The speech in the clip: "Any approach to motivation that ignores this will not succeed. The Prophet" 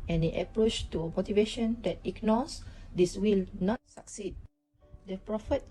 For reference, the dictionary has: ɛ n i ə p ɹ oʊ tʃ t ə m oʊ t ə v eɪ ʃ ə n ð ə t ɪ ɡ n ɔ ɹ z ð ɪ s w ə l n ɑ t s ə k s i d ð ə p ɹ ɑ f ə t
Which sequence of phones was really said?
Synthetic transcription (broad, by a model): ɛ n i ə p ɹ oʊ tʃ t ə m oʊ t ə v eɪ ʃ ə n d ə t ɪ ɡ n ɔ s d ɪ s w ə l n ɑ t s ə k s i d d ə p ɹ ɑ f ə t